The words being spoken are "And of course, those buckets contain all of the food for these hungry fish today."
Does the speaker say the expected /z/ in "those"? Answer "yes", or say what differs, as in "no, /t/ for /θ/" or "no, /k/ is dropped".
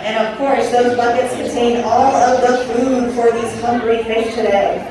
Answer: yes